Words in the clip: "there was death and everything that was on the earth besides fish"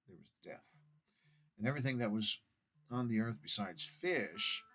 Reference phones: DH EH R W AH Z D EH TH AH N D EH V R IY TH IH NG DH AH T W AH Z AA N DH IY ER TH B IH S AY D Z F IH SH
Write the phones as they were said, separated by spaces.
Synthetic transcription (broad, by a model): DH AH R W AH Z D EH TH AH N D EH V R IY TH IH NG DH AH T W AH Z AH N DH IY ER TH B IH S AY D Z F IH SH